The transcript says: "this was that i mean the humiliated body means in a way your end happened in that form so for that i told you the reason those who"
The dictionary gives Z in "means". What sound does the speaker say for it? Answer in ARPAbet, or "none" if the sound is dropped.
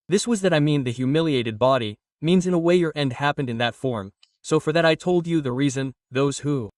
Z